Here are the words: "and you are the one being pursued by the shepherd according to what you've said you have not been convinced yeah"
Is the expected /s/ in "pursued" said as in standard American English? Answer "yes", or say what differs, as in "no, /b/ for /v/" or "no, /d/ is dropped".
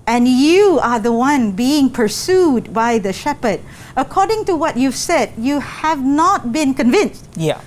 yes